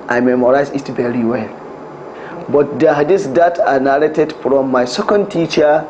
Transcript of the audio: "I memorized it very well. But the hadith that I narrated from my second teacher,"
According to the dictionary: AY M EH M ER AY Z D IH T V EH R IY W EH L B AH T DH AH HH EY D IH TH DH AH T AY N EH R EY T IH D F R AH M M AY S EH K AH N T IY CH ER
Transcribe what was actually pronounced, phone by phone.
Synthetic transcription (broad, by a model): AY M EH M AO AY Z IH T V EH R IY W EH L B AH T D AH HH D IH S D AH T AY N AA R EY T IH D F R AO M M AY S EH K AH N T IY CH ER